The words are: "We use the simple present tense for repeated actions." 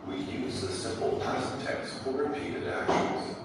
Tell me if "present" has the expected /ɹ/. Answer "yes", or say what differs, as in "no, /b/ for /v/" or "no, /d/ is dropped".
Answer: no, /ɹ/ is dropped